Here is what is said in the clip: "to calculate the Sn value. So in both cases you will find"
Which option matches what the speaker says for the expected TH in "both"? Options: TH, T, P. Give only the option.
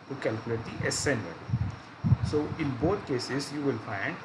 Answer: T